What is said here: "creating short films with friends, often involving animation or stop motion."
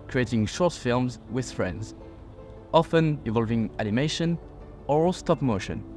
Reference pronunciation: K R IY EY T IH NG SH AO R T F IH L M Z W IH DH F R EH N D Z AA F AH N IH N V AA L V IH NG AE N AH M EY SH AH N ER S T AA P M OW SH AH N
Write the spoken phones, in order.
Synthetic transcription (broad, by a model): K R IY EY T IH NG SH AO R T F IH L M Z W IH DH F R EH N D Z AA F AH N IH V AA L V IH NG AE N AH M EY SH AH N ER S T AA P M OW SH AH N